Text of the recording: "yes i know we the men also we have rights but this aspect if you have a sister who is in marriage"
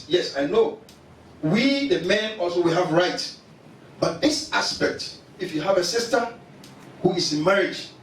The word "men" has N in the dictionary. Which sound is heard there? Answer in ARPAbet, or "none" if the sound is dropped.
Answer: N